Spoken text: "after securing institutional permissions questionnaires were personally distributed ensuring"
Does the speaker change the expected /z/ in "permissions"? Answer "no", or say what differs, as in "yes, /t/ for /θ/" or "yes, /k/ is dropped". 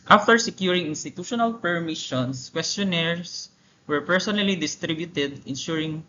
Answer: yes, /s/ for /z/